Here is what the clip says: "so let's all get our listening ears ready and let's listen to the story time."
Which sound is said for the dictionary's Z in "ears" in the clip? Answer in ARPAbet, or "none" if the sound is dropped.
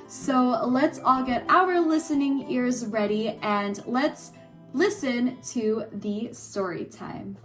Z